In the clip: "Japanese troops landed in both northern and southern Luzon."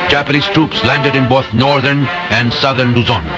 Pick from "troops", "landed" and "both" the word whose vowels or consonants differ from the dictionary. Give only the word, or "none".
both